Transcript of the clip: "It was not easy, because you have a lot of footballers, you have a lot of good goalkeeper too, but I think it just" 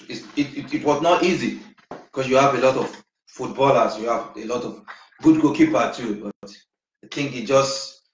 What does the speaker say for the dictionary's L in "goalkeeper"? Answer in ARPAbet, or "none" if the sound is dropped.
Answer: none